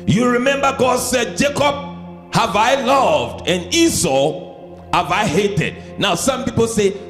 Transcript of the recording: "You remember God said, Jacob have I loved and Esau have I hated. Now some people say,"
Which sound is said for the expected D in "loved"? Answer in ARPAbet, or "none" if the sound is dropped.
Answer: D